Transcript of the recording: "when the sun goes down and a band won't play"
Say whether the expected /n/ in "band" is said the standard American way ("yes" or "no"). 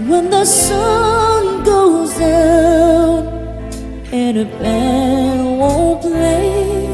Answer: no